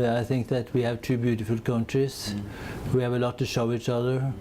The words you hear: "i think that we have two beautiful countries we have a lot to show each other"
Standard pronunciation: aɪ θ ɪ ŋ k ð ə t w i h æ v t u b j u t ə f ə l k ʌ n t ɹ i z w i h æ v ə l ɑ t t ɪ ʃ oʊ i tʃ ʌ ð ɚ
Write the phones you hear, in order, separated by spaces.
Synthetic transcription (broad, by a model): aɪ θ ɪ ŋ k ð ə t w i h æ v t u b j u t ə f ə l k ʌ n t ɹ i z w i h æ v ə l ɑ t t ɪ ʃ oʊ i tʃ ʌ ð ɚ